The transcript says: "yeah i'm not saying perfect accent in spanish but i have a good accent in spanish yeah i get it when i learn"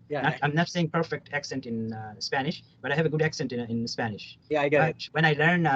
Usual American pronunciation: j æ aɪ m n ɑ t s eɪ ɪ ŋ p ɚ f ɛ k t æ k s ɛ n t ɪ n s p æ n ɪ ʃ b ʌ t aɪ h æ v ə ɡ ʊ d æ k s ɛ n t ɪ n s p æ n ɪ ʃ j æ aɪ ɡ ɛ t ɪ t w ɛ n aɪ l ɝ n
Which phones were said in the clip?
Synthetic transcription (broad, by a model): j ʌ aɪ m n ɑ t s eɪ ɪ ŋ p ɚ f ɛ k t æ k s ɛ n t ɪ n s p æ n ɪ ʃ b ʌ t aɪ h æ v ə ɡ ʊ d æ k s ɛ n t ɪ n s p æ n ɪ ʃ j æ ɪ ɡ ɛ ɪ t w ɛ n aɪ l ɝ n